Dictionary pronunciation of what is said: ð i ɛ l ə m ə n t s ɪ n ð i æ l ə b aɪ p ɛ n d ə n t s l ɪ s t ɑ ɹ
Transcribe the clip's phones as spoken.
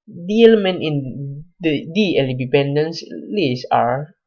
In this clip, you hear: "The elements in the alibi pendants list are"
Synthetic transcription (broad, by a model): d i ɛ l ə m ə n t ɪ n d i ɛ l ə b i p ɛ n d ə n s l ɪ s ɑ ɹ